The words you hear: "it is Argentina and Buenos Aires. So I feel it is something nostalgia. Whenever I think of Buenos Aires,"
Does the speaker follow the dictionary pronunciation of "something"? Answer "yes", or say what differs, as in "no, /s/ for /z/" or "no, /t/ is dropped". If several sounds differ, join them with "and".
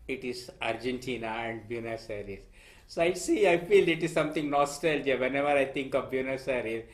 no, /t/ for /θ/